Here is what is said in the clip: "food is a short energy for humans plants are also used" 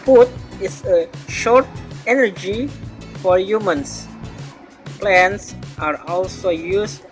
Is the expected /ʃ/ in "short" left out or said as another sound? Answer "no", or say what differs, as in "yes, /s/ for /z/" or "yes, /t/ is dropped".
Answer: no